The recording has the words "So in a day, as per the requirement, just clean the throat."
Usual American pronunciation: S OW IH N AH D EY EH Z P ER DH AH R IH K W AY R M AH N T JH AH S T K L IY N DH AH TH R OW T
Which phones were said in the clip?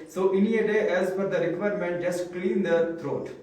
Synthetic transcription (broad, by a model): S OW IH N AH D EY EH Z F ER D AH R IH K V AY R M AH N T JH AH S T K L IY N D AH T R OW T